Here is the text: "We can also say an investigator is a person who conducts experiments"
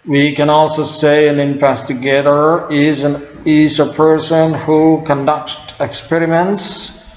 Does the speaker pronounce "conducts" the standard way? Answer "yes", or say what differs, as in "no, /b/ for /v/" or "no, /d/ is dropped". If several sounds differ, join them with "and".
no, /s/ is dropped